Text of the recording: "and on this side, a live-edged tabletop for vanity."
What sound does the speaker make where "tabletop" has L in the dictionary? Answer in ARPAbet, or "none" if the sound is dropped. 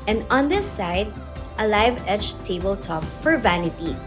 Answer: L